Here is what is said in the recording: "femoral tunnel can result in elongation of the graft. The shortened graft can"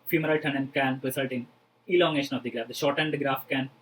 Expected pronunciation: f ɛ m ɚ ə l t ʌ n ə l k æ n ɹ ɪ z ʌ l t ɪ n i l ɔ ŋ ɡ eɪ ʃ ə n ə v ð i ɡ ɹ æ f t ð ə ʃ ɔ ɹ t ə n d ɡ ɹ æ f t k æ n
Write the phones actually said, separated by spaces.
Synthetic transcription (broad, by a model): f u m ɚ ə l t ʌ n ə n k æ n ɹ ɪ s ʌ l t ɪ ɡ i l ɔ ŋ ɡ eɪ ʃ ə n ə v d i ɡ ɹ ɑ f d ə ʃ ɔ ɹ t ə n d ɡ ɹ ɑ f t k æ n